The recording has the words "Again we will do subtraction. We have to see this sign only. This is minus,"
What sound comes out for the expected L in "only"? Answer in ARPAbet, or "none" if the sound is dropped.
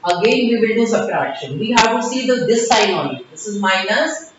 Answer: none